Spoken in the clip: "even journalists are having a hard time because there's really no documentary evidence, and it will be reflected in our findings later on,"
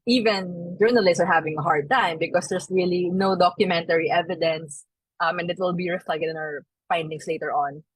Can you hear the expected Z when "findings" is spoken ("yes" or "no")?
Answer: no